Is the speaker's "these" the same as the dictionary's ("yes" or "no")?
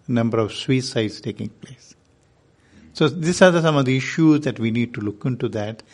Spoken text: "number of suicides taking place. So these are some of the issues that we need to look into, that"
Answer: no